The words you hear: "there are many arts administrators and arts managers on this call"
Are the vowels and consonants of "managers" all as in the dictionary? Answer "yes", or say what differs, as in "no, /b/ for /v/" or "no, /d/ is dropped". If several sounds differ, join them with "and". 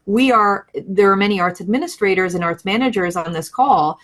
yes